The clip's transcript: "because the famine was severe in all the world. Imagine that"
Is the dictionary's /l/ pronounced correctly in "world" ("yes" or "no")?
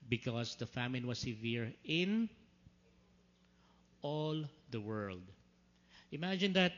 yes